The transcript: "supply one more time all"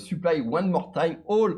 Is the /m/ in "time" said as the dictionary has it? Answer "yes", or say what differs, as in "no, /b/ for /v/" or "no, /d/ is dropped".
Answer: no, /m/ is dropped